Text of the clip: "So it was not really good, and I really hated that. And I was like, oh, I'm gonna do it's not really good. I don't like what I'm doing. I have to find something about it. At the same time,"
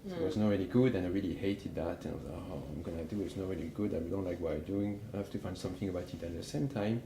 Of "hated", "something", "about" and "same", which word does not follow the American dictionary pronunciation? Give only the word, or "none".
none